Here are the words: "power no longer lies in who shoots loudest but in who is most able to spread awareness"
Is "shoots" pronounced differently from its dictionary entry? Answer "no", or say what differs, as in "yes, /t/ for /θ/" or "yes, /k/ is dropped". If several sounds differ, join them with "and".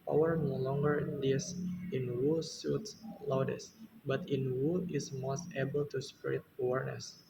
yes, /s/ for /ʃ/